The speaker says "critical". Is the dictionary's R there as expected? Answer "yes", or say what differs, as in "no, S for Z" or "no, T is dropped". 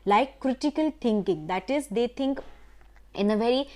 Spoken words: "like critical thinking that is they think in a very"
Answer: yes